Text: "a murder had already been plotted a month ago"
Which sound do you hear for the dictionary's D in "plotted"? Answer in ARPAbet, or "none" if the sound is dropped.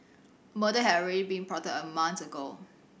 none